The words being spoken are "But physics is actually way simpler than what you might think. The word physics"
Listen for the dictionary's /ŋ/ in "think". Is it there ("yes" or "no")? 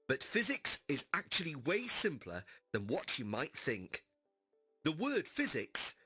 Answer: yes